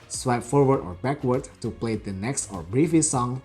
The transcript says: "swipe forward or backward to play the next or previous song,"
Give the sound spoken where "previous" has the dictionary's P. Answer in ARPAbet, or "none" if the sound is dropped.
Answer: B